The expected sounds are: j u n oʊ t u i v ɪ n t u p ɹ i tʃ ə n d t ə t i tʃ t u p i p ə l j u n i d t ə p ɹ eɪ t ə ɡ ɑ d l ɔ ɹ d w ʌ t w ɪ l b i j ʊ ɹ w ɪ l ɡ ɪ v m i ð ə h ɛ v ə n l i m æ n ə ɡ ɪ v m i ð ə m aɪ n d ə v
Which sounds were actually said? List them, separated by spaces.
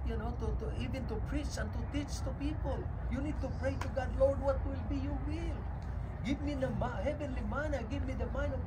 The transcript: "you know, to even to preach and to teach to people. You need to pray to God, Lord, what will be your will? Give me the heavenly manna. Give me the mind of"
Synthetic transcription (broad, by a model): j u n oʊ t u i v ɪ n t u p ɹ i tʃ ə n t ə t i tʃ t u p i p ə l j u n i d t ə p ɹ eɪ t ə ɡ ɑ d l ɔ ɹ d w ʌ t w ɪ l b i j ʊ w ɪ l ɡ ɪ v m i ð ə h ɛ v ə n l i m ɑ n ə ɡ ɪ v m i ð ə m aɪ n ə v